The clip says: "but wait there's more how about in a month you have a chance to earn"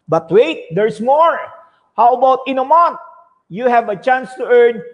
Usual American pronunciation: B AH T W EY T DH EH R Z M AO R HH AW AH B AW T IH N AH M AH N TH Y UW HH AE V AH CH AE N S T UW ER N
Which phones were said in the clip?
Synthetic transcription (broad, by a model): B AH T W EY T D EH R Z M AO R HH AW AH B AW T IH N AH M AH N T Y UW HH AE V AH CH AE N S T UW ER N